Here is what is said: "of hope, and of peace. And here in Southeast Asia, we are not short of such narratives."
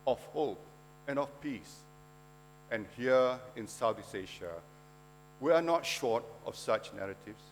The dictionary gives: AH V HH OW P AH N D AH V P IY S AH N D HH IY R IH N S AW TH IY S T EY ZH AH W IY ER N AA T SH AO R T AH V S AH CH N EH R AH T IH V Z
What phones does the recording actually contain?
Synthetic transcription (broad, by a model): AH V HH OW P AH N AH F P IY S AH N HH IY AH IH N S AW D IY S EY SH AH W IY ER N AA T SH AO T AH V S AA CH N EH R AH T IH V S